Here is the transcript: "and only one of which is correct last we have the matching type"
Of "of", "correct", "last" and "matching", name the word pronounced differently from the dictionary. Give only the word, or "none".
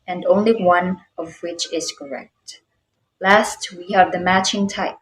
none